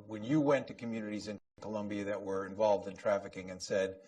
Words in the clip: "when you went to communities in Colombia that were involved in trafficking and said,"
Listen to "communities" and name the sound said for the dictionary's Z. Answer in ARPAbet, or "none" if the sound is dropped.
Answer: Z